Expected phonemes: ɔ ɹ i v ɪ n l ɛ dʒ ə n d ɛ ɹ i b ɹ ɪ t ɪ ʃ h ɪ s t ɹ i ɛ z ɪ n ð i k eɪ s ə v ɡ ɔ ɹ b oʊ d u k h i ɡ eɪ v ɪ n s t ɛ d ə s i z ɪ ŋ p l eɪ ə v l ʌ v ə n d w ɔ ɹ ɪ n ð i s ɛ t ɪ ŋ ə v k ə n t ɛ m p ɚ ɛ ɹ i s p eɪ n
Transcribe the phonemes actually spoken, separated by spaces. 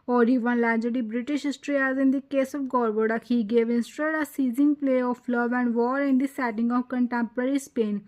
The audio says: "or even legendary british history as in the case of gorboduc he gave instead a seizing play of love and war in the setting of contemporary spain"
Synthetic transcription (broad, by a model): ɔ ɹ i v ɪ n l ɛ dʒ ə d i b ɹ ɪ t ɪ ʃ h ɪ s t ɹ i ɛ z ɪ n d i k eɪ s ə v ɡ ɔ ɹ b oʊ d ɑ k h i ɡ eɪ v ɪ n s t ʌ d ə s i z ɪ ŋ p l eɪ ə f l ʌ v ə n d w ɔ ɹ ɪ n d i s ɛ t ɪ ŋ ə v k ə n t ɛ m p ɚ ɛ ɹ i s p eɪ n